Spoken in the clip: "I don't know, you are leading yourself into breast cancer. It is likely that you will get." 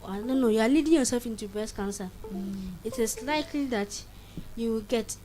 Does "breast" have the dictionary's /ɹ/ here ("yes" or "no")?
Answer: no